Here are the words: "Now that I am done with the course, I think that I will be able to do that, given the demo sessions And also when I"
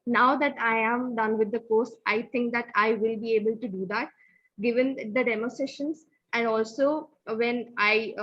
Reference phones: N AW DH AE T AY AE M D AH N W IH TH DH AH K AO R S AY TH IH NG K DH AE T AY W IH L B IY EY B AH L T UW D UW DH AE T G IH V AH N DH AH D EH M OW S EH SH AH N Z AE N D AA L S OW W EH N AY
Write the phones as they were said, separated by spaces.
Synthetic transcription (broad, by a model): N AW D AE T AY AE M D AH N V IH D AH K AO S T AY T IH NG K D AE T AY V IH L B IY EY B AH L T UW D UW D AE T G IH V AH N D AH D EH M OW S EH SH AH N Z AE N D AA L S OW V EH N AY